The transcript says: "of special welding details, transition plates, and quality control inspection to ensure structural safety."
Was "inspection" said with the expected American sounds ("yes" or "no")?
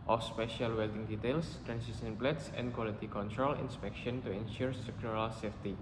yes